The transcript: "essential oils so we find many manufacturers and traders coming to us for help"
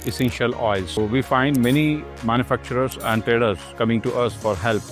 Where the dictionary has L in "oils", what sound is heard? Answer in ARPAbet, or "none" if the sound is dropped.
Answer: none